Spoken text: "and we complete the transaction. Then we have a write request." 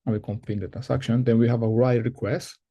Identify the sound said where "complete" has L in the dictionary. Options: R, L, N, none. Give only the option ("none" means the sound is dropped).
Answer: none